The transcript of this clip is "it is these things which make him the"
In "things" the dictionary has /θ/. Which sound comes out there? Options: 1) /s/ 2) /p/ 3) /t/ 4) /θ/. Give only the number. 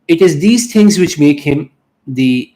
3